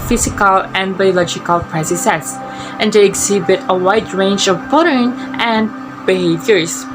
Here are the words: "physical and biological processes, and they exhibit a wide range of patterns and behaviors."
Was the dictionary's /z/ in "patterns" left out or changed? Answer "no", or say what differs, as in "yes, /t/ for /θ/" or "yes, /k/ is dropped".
yes, /z/ is dropped